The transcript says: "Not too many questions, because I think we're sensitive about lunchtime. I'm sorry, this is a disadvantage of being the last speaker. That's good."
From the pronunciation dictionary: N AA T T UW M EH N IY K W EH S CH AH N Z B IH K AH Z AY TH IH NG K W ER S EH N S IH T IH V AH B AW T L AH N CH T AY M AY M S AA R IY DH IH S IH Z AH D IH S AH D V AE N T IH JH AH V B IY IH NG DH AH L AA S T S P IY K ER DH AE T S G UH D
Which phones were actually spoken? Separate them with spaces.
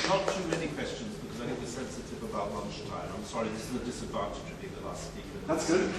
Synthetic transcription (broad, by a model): N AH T T UW M EH N IY K W EH S CH AH N Z B IH K AH Z AY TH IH NG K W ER S EH N S IH T IH V AH B AW T L AH N CH T AY M AY M S AA R IY DH IH S IH Z AH D IH S AH D V AE N T IH JH AH V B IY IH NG DH AH L AA S T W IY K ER DH AE T S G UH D